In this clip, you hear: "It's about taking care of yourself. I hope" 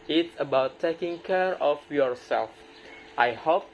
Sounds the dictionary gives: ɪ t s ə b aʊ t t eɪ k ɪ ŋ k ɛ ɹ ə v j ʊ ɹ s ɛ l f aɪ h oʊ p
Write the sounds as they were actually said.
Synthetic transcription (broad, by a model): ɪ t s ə b aʊ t t eɪ k ɪ ŋ k ɛ ɹ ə f j ʊ ɹ s ɛ l f aɪ h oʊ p